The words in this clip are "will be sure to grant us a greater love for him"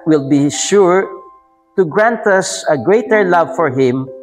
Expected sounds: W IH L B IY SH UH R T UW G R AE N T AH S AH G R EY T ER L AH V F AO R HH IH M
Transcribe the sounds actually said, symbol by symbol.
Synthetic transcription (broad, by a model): W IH L B IY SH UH R T UW G R AE N T AH S AH G R EY T ER L AH V F AO R HH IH M